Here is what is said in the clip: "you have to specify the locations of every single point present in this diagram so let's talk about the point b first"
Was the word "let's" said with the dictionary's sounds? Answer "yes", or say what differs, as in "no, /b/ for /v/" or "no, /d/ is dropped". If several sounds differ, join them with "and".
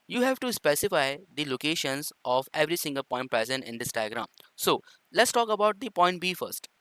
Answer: yes